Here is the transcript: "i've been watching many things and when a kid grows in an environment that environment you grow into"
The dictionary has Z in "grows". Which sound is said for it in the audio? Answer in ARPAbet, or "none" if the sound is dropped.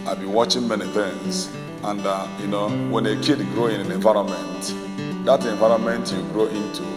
none